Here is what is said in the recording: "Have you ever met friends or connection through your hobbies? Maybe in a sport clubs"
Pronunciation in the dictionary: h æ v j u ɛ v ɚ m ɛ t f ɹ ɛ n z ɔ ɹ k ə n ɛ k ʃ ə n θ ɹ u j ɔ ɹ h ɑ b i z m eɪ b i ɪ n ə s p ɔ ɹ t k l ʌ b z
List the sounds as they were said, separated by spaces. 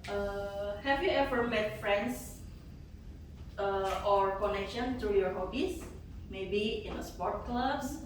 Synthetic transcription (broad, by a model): h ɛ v j u ɛ v ɚ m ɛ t f ɹ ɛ n s ɔ ɹ k ə n ɛ k ʃ ə n t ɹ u j ɔ ɹ h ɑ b i s m eɪ b i ɪ n ə s p ɔ ɹ t k l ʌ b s